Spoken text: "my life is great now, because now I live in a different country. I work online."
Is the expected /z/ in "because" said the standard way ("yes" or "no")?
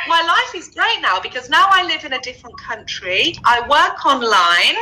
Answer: yes